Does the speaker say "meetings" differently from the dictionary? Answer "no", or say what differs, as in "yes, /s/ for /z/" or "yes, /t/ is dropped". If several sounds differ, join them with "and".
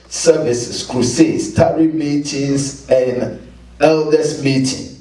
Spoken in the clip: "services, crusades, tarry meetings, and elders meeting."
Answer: yes, /s/ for /z/